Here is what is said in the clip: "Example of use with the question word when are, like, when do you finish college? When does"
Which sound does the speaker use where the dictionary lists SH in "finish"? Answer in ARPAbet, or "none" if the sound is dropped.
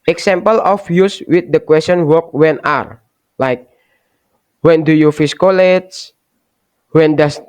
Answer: S